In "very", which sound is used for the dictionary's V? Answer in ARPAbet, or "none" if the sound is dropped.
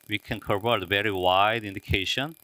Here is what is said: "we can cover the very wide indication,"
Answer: V